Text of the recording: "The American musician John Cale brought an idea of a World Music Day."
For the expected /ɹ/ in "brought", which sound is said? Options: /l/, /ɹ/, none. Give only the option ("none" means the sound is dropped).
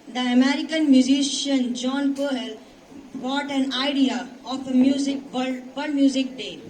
none